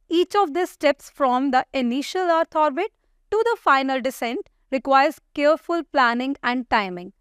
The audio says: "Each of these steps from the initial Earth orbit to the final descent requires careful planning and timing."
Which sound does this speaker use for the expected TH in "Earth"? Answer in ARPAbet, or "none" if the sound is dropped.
T